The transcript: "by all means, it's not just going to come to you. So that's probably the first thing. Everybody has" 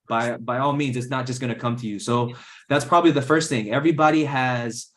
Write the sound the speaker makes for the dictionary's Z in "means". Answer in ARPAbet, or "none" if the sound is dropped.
Z